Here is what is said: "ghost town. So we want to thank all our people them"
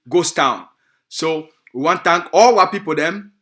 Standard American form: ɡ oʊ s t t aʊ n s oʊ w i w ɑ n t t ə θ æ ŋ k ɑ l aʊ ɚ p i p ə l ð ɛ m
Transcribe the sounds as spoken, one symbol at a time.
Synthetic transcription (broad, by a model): ɡ oʊ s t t aʊ n s oʊ w i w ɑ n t t ə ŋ k ɑ l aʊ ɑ p i p ə l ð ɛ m